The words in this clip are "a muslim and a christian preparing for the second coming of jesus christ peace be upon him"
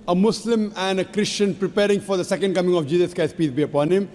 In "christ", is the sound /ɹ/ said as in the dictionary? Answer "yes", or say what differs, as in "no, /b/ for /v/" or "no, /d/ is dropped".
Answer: no, /ɹ/ is dropped